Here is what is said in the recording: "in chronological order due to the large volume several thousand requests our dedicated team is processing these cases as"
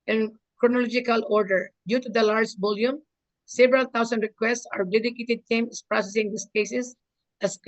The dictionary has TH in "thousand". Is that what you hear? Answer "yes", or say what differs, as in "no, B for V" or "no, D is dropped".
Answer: no, T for TH